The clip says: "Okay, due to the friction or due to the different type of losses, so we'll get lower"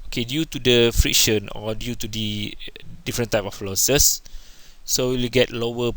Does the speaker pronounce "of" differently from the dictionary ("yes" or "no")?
yes